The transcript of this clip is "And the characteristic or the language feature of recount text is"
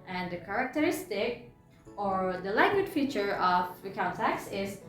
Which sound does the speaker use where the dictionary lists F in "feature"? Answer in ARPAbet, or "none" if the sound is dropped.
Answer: F